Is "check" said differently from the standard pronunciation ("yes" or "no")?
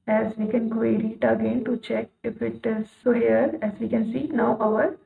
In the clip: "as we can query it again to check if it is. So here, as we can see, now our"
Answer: no